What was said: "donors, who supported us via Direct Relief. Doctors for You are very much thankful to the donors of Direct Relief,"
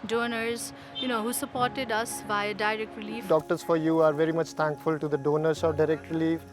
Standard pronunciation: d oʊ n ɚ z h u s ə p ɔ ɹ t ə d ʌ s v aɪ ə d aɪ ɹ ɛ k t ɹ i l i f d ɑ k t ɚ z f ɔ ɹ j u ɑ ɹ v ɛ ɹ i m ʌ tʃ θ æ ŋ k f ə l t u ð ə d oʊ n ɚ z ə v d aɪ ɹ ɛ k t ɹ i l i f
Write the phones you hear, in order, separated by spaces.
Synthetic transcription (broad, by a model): d oʊ n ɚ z h u s ə p ɔ ɹ t ə d ʌ s b aɪ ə d aɪ ɹ ɛ k t ɹ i l i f d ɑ k t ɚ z f ɔ ɹ j u ɑ ɹ v ɛ ɹ i m ʌ tʃ t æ ŋ k f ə l t u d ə d oʊ n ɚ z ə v d aɪ ɹ ɛ k t ɹ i l i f